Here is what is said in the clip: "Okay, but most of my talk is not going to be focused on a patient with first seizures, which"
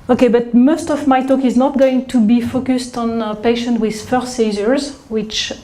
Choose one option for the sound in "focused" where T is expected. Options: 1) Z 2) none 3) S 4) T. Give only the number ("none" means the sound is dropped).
4